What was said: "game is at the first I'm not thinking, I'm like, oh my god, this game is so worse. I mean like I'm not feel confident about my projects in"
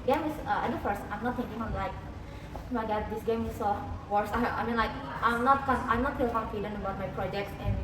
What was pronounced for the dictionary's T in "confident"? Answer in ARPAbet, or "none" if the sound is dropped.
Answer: none